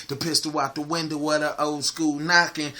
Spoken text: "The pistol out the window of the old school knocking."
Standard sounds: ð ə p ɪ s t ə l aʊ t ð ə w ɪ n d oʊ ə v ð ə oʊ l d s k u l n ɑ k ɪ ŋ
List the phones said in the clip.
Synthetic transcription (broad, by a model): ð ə p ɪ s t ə w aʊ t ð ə w ɪ n d oʊ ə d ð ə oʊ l s k u l n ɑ k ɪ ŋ